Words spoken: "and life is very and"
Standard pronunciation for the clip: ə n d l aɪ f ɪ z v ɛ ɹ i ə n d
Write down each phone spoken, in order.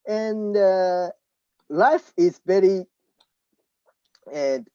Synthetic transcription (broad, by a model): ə n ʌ l aɪ f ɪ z b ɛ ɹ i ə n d